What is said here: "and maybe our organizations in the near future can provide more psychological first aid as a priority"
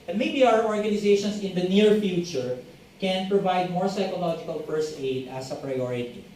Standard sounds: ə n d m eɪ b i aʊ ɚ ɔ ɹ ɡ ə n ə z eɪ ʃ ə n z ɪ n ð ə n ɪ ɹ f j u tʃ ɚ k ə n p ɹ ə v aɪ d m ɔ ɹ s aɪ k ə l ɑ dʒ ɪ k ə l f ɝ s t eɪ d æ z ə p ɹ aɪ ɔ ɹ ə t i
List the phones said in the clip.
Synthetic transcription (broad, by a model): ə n m eɪ b i aʊ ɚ ɔ ɹ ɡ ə n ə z eɪ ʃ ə n s ɪ n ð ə n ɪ ɹ f j u tʃ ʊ k ə n p ɹ ə v aɪ d m ɔ ɹ s aɪ k ə l ɑ dʒ ɪ k ə l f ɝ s eɪ d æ s ə p ɹ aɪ ɔ ɹ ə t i